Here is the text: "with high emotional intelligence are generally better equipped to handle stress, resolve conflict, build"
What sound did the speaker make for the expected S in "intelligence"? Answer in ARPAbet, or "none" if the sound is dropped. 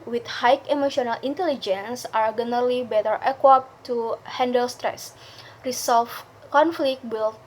S